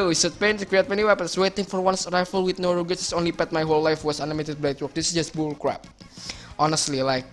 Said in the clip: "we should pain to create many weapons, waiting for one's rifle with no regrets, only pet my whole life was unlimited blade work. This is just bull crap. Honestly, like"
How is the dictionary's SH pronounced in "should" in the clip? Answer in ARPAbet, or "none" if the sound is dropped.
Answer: S